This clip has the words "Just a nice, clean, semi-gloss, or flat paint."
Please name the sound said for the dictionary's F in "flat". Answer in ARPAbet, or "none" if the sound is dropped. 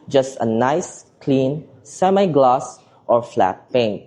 F